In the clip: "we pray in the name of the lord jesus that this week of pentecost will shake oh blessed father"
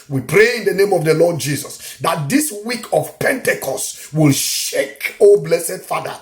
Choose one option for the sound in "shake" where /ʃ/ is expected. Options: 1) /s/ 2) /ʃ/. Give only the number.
2